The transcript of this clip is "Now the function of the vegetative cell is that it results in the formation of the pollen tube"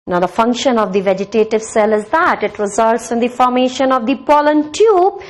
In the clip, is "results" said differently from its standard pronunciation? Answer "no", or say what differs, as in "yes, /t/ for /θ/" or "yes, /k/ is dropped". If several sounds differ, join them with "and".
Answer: no